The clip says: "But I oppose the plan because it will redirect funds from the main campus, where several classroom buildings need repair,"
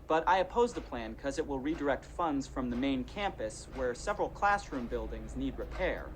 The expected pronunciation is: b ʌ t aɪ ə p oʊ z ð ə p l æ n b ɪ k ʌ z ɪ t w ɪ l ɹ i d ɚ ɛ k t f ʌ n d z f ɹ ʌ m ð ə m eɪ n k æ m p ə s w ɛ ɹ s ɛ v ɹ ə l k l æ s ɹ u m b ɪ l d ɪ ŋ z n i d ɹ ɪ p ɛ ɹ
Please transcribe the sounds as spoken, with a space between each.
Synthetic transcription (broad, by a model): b ʌ t aɪ ə p oʊ z ð ə p l æ n k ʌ z ɪ t w ɪ l ɹ i d ɚ ɛ k t f ʌ n d z f ɹ ʌ m ð ə m eɪ n k æ m p ə s w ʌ ɹ s ɛ v ɹ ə l k l æ s ɹ u m b ɪ l d ɪ ŋ z n i d ɹ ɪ p ɛ ɹ